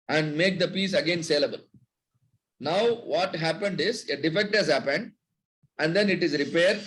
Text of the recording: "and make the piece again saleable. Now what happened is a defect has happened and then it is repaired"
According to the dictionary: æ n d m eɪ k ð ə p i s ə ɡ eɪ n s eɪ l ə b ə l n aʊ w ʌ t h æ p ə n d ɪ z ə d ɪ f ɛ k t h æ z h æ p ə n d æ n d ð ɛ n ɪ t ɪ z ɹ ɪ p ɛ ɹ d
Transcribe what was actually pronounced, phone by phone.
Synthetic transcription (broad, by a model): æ n d m eɪ k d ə p i s ə ɡ eɪ n s eɪ l ə b ə l n aʊ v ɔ t h æ p ə n d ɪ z ə d ɪ f ɛ k t h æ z h æ p ə n d æ n d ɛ n ɪ t ɪ z ɹ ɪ p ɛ ɹ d